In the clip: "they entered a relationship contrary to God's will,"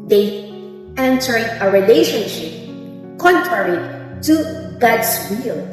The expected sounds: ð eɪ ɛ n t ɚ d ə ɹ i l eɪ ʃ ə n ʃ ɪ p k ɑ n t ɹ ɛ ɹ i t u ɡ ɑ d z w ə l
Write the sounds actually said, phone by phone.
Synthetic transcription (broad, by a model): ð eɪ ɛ n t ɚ ə ɹ i l eɪ ʃ ə n ʃ ɪ p k ɑ n t ɹ ɛ ɹ i t u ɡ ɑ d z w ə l